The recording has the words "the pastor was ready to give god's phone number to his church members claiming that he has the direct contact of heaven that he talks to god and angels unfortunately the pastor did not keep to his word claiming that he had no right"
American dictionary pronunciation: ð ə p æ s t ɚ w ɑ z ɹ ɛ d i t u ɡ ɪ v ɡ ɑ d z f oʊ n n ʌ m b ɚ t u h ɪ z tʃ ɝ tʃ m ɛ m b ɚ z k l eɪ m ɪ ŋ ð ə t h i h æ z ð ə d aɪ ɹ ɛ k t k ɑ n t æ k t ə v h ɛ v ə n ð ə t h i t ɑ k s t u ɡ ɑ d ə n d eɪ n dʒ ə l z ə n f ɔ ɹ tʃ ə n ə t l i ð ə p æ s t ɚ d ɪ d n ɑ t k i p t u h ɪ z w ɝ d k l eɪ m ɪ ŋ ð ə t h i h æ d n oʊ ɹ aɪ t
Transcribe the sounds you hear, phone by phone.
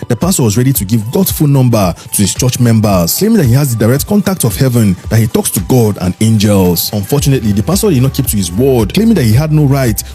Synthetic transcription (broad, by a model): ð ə p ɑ s t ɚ w ɑ z ɹ ɛ d i t u ɡ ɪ v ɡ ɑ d f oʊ l n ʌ m b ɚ t u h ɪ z tʃ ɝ tʃ m ɛ m b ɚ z k l eɪ m ɪ ŋ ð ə t h i h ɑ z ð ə d aɪ ɹ ɛ k t k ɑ n t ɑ k t ə v h ɛ v ə n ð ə t h i t ɑ k s t u ɡ ɑ d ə n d eɪ n dʒ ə l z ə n f ɔ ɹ tʃ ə n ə t l i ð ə p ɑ s t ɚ d ɪ d n ɑ t k i p t u h ɪ z w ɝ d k l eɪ m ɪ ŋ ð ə t h i h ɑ d n oʊ ɹ aɪ t